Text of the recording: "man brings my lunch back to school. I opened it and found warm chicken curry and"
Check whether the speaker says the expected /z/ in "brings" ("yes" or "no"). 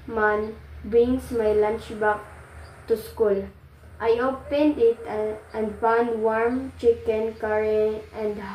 no